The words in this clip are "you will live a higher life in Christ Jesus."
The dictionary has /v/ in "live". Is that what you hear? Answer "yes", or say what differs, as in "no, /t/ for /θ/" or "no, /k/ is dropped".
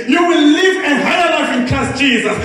yes